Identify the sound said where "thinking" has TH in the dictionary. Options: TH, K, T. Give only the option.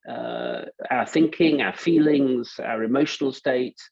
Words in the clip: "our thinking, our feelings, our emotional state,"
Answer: TH